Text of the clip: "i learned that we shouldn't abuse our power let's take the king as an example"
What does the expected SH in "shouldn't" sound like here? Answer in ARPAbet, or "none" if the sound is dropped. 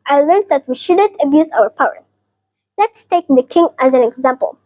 SH